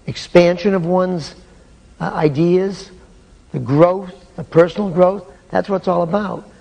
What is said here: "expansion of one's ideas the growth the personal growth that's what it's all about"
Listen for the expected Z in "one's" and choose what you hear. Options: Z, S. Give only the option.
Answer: Z